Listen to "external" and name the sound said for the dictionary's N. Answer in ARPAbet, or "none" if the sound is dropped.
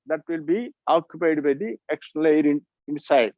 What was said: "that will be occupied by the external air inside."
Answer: L